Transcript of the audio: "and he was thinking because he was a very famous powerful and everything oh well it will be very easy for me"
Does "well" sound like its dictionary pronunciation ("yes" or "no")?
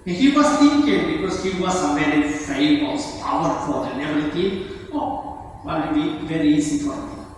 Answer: no